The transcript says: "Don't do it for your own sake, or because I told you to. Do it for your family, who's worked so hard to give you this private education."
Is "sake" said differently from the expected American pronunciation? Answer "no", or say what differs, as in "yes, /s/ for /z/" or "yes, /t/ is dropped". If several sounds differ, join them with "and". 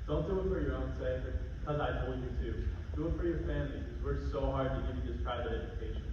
yes, /k/ is dropped